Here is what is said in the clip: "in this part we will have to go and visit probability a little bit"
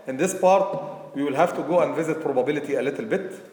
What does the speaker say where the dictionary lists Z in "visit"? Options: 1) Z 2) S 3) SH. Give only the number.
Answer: 1